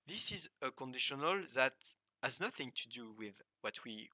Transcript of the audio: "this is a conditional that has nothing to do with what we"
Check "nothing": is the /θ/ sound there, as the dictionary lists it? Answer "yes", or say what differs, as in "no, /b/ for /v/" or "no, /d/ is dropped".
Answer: yes